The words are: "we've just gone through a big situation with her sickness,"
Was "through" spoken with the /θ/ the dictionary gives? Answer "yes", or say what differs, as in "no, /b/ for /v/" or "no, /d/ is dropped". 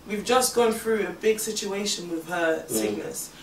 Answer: yes